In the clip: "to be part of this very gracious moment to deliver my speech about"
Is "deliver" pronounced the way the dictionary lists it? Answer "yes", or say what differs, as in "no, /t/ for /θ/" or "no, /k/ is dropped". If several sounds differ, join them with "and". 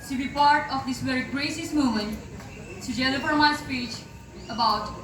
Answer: no, /f/ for /v/